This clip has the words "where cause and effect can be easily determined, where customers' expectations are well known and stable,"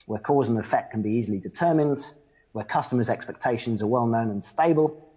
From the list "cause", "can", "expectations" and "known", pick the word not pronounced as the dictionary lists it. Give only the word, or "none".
none